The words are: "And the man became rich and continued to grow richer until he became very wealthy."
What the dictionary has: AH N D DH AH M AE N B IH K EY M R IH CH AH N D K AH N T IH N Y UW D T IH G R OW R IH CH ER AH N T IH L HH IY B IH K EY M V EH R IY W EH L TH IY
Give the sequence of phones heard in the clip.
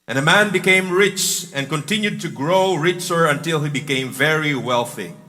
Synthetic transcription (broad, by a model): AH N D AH M AE N B IH K EY M R IH CH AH N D K AH N T IH N Y UW D T IH G R OW R IH CH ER AH N T IH L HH IY B IH K EY M V EH R IY W EH L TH IY